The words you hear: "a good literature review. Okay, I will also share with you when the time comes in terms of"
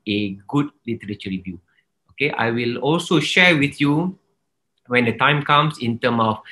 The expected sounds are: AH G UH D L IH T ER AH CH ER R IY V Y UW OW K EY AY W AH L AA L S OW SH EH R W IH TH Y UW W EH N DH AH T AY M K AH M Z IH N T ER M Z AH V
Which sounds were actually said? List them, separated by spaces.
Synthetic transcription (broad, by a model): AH G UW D L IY T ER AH CH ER R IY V Y UW OW K EY AY W AH L AA L S OW SH EH R W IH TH Y UW W EH N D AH T AY M K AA M S IH N T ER M AH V